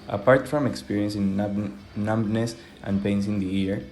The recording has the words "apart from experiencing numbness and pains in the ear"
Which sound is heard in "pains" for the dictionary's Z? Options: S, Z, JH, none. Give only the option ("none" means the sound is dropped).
S